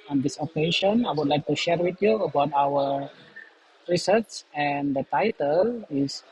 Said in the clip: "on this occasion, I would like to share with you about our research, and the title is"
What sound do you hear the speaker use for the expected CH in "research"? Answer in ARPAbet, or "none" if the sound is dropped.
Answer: S